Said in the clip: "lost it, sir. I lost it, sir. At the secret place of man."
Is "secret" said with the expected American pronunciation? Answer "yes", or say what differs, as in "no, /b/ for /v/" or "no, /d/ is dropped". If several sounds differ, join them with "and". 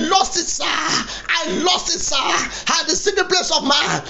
no, /ɹ/ is dropped